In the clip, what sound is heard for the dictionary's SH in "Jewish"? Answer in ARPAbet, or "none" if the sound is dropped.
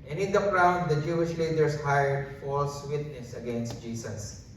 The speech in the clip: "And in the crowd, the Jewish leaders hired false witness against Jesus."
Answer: SH